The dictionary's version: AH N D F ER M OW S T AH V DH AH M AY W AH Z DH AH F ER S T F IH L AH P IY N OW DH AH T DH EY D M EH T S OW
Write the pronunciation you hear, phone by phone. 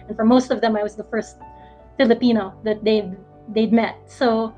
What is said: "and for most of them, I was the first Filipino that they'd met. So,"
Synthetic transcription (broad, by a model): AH N F ER M OW S T AH V DH AH M AY W AH Z DH AH F ER S T F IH L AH P IY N OW DH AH T DH EY D M EH T S OW